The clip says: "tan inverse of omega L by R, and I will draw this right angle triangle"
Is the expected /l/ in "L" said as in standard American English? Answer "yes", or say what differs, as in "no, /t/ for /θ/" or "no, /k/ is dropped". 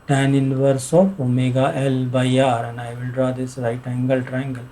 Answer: yes